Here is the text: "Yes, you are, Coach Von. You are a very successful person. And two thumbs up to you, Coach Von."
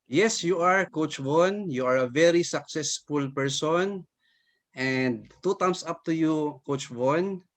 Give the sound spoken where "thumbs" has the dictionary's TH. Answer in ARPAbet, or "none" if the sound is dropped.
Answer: T